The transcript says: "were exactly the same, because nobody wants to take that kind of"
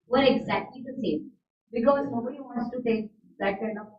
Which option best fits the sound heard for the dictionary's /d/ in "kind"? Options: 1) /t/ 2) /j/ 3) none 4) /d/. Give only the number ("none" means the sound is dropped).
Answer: 3